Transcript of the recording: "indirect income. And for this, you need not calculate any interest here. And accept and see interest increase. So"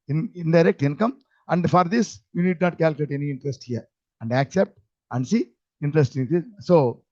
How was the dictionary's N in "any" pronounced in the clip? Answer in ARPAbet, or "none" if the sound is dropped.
N